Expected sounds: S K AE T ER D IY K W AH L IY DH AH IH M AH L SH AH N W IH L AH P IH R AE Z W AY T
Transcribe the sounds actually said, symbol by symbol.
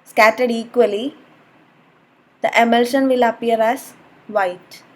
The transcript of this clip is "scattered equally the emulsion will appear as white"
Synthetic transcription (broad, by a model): S K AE T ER D IY K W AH L IY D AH IH M AH L SH AH N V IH L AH P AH R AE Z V AY T